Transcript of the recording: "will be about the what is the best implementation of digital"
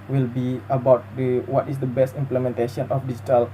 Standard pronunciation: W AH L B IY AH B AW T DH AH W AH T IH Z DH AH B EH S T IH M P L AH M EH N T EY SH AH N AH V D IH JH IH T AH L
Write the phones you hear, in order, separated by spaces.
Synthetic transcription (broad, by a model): W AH L B IY AH B AW T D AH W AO T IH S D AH B EH S T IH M P L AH M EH N T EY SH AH N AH F D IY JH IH T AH L